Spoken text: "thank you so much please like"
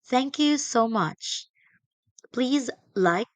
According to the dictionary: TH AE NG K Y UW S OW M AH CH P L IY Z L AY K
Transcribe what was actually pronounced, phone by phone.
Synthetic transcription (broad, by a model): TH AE NG K Y UW S OW M AH CH P L IY Z L AY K